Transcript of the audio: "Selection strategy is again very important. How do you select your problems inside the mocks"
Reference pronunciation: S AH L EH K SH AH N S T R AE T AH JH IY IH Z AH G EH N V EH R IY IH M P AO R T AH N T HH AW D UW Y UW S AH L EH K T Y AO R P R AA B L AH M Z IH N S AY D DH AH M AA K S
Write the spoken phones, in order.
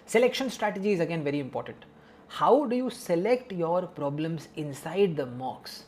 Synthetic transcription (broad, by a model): S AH L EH K SH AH N S T R AE T AH JH IY IH Z AH G EH N V EH R IY IH M P AO R T AH N T HH AW D UW Y UW S AH L EH K T Y AO R P R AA B L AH M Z IH N S AY D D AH M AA K S